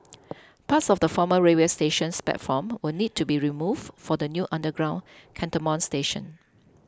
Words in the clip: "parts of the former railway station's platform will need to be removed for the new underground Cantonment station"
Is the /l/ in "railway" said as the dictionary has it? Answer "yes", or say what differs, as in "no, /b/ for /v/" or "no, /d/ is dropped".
no, /l/ is dropped